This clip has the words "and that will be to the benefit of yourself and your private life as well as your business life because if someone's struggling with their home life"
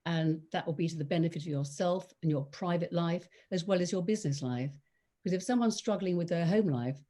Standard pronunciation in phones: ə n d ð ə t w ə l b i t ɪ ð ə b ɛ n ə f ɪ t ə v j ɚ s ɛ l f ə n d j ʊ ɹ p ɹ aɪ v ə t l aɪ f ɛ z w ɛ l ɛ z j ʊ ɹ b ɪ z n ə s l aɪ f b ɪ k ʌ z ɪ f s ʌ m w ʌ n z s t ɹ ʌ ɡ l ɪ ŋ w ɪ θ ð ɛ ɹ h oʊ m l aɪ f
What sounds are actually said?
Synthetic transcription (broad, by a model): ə n ð ə t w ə l b i t ɪ ð ə b ɛ n ə f ɪ t ə v j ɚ s ɛ l f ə n j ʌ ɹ p ɹ aɪ v ə t l aɪ f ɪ z w ɛ l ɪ z j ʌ ɹ b ɪ z n ə s l aɪ f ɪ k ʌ z ɪ f s ʌ m w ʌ n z s t ɹ ʌ ɡ l ɪ ŋ w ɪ ð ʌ ɹ h oʊ m l aɪ f